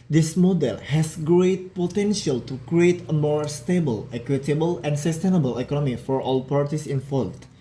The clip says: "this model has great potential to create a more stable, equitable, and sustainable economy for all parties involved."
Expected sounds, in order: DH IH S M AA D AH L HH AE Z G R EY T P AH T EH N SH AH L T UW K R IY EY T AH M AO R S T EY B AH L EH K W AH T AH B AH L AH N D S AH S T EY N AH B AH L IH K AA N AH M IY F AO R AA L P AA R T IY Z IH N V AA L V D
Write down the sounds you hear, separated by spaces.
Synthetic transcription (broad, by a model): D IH S M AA D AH L HH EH S G R EY T P AH T EH N SH AH L T UW K R IY EY T AH M AO R S T EY B AH L EH K W AH T AH B AH L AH N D S AH S T EY N AH B AH L IH K AA N AH M IY F AO R AA L P AA R T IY S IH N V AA L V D